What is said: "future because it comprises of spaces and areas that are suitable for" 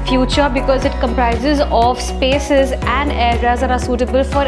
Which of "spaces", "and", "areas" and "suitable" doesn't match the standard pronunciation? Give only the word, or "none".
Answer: none